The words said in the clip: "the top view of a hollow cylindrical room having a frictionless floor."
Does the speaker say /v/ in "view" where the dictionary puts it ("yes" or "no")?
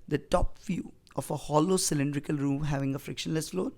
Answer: no